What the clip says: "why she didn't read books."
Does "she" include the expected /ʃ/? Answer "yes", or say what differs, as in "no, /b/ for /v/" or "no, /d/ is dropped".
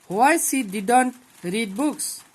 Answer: no, /s/ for /ʃ/